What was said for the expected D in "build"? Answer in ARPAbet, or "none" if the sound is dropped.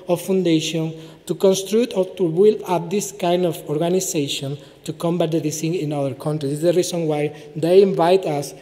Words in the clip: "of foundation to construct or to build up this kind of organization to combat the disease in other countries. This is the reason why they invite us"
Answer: none